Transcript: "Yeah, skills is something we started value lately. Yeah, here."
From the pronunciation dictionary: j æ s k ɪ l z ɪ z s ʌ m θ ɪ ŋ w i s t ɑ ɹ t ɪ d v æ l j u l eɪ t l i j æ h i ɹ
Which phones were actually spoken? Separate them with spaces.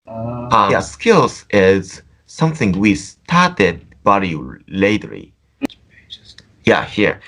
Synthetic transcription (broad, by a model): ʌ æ s k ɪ l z ɪ z s ʌ m θ ɪ ŋ w i s t ɑ ɹ t ɪ d b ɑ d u l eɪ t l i j æ h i ɹ